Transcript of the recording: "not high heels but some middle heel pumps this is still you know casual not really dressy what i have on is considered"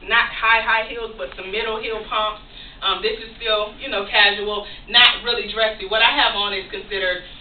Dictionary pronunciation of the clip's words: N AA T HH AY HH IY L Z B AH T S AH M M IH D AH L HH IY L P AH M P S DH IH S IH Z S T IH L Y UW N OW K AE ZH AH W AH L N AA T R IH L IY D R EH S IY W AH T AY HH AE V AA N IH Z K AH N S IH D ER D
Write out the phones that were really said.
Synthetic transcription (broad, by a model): N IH T HH AY HH IY L Z B AH T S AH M M IH D L HH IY L P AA M P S DH IH S IH Z S T IH L Y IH N OW K AE ZH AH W L N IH T R IH L IY D R EH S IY W AH T AY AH V N IH Z K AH N S IH D ER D